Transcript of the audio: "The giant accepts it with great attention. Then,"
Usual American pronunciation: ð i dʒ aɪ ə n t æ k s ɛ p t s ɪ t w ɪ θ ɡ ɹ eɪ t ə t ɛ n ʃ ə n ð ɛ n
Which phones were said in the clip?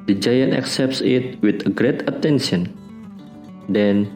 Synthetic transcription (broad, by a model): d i dʒ aɪ ə n t æ k s ɛ p t s ɪ t w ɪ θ ɡ ɹ eɪ t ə t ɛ n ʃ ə n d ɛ n